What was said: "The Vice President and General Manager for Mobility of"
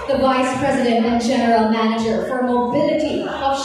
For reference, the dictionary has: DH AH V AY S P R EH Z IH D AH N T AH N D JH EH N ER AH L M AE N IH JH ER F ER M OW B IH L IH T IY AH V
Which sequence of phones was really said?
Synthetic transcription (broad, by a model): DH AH V AY S P R EH Z IH D AH N T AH N JH EH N ER L M AE N IH JH ER F ER M OW B IH L IH T IY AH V